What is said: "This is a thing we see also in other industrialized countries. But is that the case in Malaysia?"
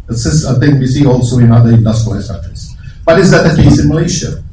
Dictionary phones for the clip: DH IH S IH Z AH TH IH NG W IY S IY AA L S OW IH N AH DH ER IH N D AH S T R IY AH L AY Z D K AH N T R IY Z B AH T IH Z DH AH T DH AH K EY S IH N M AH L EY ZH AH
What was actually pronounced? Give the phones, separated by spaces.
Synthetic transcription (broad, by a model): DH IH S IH S AH TH IH NG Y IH S IY AA L S OW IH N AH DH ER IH N D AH S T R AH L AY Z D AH T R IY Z B AH T IH Z DH AH T DH AH K EY S IH N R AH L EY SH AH